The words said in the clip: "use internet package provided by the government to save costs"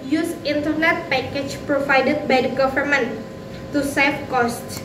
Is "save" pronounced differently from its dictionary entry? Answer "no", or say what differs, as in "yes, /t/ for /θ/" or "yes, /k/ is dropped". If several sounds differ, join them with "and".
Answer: yes, /f/ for /v/